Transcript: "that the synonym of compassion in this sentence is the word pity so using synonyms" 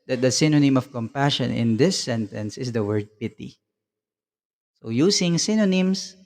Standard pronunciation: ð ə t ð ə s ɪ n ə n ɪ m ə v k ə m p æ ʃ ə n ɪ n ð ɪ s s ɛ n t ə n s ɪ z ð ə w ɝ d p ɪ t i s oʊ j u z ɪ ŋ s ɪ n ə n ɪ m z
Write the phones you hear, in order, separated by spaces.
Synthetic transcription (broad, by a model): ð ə t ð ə s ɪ n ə n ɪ m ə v k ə m p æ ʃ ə n ɪ n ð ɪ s s ɛ n t ə n s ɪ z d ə w ɝ d p ɪ t i s oʊ j u s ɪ ŋ s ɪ n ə n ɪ m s